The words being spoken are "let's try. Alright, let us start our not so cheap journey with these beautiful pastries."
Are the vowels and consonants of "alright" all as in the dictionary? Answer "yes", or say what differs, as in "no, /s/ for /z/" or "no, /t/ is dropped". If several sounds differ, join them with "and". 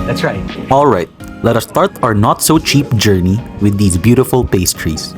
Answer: yes